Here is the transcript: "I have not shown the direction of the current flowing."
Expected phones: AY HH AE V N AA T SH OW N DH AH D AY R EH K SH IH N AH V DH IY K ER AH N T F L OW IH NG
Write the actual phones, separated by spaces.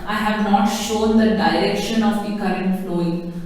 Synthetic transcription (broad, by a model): AY HH AE V N AA T SH OW N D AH D AY R EH K SH IH N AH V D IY K ER AH N T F L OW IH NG